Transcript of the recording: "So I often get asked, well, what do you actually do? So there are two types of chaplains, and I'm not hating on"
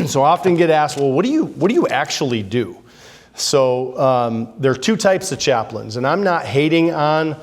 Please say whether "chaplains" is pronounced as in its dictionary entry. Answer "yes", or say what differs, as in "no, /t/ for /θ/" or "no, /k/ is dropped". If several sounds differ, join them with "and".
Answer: yes